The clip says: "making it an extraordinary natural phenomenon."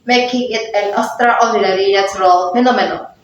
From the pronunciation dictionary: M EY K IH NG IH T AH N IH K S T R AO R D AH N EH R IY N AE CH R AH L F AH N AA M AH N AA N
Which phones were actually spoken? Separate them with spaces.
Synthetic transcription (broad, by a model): M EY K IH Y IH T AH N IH S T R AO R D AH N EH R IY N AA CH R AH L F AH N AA M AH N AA